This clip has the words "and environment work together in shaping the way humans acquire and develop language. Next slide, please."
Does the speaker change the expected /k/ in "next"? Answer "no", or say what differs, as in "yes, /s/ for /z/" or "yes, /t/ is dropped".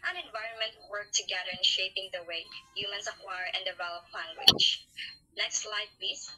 no